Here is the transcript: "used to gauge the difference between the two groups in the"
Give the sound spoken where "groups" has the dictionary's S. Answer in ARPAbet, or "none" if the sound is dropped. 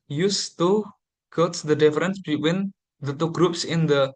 S